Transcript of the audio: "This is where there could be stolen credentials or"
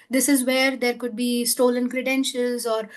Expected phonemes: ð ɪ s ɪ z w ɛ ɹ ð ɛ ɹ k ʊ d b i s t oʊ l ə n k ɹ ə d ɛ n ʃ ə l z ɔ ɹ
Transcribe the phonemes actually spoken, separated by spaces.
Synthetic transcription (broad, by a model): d ɪ s ɪ z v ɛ ɹ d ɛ ɹ k ʊ d b i s t oʊ l ə n k ɹ ə d ɛ n ʃ ə l z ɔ ɹ